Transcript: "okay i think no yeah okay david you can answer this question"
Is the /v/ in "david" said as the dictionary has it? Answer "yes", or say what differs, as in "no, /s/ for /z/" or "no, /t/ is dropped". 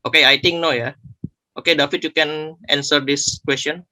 no, /f/ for /v/